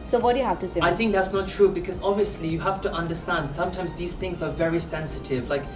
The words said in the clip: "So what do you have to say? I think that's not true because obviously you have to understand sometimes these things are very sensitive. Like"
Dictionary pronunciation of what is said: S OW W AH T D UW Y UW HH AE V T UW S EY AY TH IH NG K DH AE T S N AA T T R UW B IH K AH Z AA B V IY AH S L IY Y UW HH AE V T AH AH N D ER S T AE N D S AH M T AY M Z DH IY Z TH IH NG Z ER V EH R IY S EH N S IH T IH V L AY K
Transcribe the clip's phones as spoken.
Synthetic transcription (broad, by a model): S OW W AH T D Y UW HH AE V T UW S EY AY TH IH NG K DH AE T S N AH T T R UW B IH K AH Z AA B V IY AH S L IY Y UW HH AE F T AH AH N D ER S T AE N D S AH M T AY M Z DH IY Z TH IH NG Z ER V EH R IY S EH N S IH T IH V L AY K